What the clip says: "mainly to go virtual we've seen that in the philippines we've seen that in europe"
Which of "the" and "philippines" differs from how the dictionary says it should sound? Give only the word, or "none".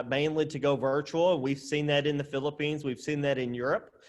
none